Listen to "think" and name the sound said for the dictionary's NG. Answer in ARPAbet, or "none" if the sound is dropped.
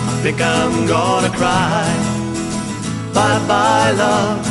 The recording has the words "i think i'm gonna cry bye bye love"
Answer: none